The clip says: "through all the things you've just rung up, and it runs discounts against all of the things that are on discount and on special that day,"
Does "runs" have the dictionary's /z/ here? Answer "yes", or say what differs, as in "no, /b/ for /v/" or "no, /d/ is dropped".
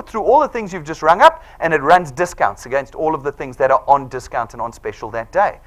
yes